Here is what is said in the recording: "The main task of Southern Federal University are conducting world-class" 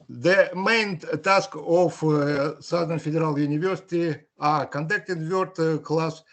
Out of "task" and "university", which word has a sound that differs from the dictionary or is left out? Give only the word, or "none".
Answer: none